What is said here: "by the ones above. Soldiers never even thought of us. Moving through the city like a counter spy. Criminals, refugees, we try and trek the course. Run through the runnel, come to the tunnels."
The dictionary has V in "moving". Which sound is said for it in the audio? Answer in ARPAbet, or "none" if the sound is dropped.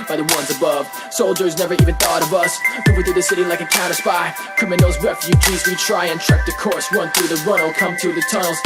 W